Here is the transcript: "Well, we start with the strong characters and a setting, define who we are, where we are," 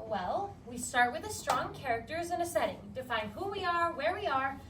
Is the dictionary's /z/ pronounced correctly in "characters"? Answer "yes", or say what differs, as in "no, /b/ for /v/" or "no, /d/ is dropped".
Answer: yes